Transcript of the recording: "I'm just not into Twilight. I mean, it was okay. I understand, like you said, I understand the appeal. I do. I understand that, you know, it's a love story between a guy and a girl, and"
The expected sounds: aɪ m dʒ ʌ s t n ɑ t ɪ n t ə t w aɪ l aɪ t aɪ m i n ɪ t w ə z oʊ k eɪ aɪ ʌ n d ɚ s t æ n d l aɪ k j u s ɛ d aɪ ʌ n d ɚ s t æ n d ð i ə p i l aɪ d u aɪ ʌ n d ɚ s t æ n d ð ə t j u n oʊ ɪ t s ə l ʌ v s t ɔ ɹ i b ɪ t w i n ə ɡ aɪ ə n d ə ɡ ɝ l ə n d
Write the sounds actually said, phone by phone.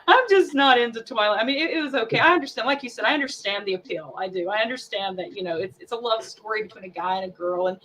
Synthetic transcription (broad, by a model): aɪ m dʒ ʌ s n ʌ t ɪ n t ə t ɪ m aɪ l aɪ m i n ɪ t w ə z oʊ k eɪ aɪ ʌ n d ɚ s t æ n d l aɪ k j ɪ s ɛ d aɪ ʌ n d ɚ s t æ n ð i ə p i l aɪ d u aɪ ʌ n d ɚ s t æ n ð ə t j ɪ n oʊ ɪ t s ə l ʌ v s t ɔ ɹ i b ɪ t w i n ə ɡ aɪ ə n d ə ɡ ɝ l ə n